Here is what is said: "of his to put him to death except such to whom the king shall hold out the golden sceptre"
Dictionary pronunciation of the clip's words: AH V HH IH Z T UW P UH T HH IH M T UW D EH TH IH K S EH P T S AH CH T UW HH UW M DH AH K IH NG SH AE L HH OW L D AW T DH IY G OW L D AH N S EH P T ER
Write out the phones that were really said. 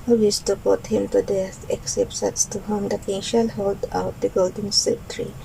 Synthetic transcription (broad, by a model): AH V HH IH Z T UW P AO T HH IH M T UW D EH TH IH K S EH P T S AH S T UW HH UW M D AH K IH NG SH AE L HH OW L D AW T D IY G OW L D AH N S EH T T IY